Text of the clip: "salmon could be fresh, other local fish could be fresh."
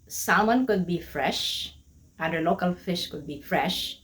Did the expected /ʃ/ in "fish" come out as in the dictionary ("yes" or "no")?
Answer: yes